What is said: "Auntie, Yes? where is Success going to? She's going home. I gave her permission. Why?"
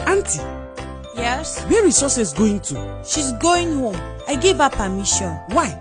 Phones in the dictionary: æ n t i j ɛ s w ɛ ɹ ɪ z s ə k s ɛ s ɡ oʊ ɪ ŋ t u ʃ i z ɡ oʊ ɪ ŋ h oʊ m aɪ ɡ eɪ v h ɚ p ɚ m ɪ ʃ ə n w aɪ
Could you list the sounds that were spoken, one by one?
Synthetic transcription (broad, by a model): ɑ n t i j ɛ s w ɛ ɹ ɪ s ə s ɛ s ɡ oʊ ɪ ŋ t u ʃ i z ɡ oʊ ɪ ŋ h oʊ m aɪ ɡ eɪ v h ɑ p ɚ m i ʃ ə n w aɪ